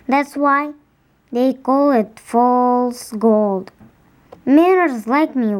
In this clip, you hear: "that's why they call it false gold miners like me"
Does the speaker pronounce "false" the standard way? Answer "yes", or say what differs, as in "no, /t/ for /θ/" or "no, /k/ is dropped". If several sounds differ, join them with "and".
yes